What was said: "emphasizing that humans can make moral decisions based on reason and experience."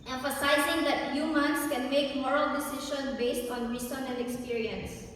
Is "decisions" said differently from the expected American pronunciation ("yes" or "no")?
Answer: yes